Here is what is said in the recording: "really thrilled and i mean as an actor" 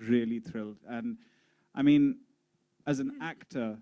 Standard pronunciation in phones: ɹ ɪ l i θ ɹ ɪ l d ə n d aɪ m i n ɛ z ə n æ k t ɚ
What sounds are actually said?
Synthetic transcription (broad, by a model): ɹ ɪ l i θ ɹ ɪ l d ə n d aɪ m i n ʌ z ə n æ k t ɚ